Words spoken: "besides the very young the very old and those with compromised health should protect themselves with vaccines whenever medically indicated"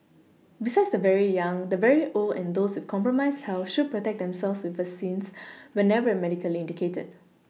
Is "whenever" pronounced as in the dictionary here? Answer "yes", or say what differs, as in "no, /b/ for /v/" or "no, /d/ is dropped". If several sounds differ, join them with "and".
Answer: yes